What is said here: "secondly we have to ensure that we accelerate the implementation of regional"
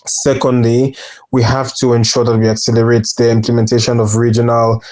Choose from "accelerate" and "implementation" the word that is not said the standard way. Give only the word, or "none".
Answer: none